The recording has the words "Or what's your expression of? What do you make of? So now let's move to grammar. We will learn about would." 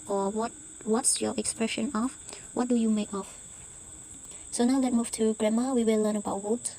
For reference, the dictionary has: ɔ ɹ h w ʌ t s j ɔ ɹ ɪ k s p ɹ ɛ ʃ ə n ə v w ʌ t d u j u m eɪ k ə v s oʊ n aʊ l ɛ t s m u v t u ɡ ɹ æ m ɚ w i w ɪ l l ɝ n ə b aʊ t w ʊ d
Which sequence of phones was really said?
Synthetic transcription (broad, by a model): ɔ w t w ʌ t s j ɔ ɹ ɪ k s p ɹ ɛ ʃ ə n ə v w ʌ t d u j u m eɪ k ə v s oʊ n aʊ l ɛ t m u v t u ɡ ɹ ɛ m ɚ w i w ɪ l l ɝ n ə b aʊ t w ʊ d